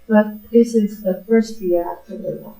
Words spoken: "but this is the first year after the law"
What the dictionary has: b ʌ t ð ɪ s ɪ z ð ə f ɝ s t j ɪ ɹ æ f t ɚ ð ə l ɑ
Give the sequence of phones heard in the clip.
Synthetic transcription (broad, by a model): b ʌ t ð ɪ s ɪ z ð ə f ɝ s t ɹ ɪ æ t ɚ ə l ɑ